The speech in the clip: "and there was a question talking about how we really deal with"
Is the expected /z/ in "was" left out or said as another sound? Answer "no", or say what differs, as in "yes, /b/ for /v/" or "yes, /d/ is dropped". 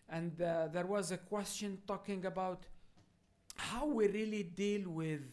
no